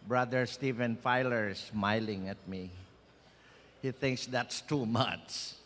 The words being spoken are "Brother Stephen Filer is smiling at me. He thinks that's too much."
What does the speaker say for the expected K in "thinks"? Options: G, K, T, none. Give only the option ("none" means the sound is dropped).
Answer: K